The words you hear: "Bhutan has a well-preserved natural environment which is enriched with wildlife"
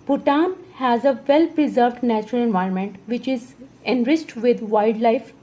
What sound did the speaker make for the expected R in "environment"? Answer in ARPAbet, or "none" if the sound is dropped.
R